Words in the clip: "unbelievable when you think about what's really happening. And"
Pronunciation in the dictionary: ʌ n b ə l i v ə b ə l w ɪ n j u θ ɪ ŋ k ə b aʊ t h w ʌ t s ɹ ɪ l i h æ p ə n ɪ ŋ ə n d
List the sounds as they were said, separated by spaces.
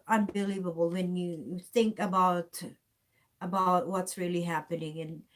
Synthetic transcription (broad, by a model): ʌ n b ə l i v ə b l w ɪ n j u θ ɪ ŋ k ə b aʊ t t w ʌ t s ɹ ɪ l i h æ p ə n ɪ ŋ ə n